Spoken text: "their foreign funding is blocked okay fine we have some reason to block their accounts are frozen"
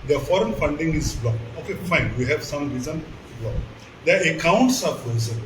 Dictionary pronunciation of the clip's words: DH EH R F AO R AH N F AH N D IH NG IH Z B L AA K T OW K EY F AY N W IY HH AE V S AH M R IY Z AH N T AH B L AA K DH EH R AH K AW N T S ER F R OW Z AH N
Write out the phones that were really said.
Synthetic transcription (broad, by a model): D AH F AO R AH N F AH N D IH NG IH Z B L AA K OW K EY F AY N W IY HH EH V S AH M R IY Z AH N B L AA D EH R AH K AW N T S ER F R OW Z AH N